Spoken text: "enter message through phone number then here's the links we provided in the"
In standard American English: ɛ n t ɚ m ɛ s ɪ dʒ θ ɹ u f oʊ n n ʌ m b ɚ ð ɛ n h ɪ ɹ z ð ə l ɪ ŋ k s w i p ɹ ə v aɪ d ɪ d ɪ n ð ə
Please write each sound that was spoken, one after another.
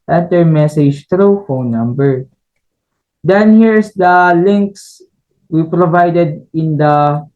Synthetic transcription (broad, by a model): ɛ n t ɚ m ɛ s ɪ dʒ t ɹ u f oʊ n n ʌ m b ɚ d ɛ n h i ɹ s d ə l ɪ ŋ k s w i p ɹ ə v aɪ d ɪ d ɪ n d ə